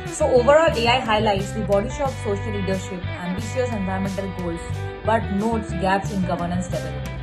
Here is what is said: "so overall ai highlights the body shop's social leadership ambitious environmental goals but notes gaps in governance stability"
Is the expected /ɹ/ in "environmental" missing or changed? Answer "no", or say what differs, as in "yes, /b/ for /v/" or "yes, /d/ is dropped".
yes, /ɹ/ is dropped